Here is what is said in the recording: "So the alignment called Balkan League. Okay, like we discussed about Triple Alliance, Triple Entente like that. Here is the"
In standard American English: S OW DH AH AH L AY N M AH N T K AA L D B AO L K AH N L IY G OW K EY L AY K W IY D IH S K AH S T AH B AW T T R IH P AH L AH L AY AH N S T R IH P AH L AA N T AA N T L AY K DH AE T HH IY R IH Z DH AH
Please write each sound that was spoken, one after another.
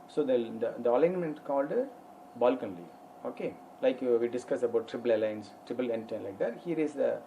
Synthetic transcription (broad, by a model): S OW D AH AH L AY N M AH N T K AA L D B AO L K AH N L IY OW K EY L AY K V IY D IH S K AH S AH B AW T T R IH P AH L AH L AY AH N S T R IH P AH L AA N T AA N L AY K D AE T HH IY R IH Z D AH